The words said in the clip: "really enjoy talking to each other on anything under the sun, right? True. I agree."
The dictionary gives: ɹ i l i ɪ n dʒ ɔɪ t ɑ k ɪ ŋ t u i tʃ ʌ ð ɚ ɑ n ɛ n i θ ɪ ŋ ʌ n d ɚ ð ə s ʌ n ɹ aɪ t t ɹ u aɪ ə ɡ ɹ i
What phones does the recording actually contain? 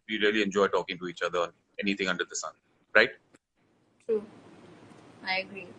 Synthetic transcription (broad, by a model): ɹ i l i ɪ n dʒ ɔɪ t ɑ k ɪ ŋ t u i tʃ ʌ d ɚ ɑ n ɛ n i t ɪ ŋ ʌ n d ɚ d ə s ʌ n ɹ aɪ t t ɹ u aɪ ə ɡ ɹ i